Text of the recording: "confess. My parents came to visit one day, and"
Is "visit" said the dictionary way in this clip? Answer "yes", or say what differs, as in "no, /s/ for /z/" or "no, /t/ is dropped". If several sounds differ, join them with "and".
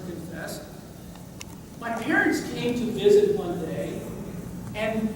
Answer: yes